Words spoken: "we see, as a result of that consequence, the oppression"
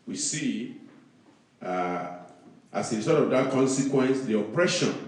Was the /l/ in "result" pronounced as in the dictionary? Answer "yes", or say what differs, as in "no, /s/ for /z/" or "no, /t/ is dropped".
no, /l/ is dropped